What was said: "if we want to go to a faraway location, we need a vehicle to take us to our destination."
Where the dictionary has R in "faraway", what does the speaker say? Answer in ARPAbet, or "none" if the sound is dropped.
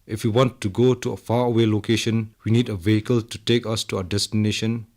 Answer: none